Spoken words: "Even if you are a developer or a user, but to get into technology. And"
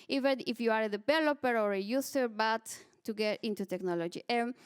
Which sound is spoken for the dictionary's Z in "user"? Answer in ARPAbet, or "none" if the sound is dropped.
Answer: S